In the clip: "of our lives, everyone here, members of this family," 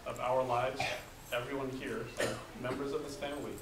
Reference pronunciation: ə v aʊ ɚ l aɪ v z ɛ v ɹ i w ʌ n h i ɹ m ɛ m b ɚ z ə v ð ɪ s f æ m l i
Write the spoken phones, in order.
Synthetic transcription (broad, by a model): ə v aʊ ɚ l aɪ v z ɛ v ɹ i w ʌ n h i ɹ m ɛ m b ɚ z ə v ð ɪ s f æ m l i